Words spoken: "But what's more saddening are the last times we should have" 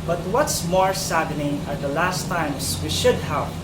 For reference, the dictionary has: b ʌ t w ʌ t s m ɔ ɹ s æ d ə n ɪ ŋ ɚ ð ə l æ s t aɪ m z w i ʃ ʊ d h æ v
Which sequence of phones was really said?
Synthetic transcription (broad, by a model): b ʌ t w ʌ t s m ɔ ɹ s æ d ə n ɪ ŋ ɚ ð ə l æ s t aɪ m s w i ʃ ʊ d h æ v